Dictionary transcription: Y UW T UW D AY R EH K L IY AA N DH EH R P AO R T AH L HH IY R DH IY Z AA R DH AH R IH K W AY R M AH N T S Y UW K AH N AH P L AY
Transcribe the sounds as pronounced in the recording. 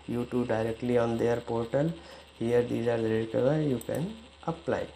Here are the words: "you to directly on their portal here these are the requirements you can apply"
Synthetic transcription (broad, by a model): Y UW T UW D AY R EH K L IY AA N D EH R P AO R T AH L HH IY R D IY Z AA R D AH R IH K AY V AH T Y UW K AH N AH P L AY